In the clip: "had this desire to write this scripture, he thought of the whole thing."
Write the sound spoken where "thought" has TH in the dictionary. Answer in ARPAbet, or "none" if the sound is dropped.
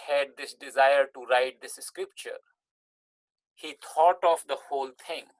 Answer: T